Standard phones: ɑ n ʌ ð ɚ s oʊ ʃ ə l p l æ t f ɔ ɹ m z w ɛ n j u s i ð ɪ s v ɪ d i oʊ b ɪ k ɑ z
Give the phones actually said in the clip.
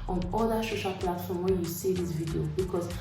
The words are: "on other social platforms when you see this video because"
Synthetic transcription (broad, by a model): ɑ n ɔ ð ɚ ʃ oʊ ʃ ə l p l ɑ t f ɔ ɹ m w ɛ j u s i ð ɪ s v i d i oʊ b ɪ k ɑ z